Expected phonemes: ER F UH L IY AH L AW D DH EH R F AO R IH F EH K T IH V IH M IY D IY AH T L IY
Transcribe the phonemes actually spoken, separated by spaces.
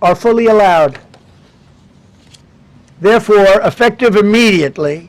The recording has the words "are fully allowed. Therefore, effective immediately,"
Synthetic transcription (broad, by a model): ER F UH L IY AH L AW D DH EH R F AO R IH F EH K T IH V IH M IY D IY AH T L IY